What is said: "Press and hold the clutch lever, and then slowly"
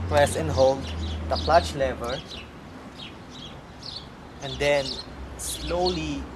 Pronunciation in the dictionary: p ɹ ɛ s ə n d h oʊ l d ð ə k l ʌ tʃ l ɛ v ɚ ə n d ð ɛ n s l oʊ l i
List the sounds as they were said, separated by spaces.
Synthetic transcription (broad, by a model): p ɹ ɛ s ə n h oʊ l d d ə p l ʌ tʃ l ɛ v ɚ ə n d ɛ n s l oʊ l i